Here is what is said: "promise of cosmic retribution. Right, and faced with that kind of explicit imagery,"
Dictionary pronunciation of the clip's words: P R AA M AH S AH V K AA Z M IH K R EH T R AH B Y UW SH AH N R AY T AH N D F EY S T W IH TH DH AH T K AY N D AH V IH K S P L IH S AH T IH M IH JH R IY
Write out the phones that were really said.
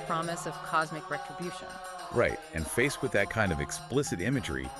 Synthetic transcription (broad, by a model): P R AA M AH S AH V K AA Z M IH K R EH T R AH B Y UW SH AH N R AY T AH N F EY S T W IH DH AH T K AY N D AH V IH K S P L IH S AH T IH M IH JH R IY